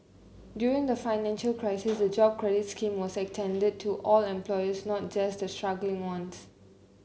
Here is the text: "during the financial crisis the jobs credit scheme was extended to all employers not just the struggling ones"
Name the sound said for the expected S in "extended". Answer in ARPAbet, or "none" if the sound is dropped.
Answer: none